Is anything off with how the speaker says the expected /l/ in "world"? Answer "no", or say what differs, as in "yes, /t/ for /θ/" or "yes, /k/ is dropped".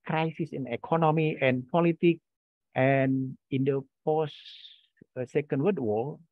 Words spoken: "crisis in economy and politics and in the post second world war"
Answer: yes, /l/ is dropped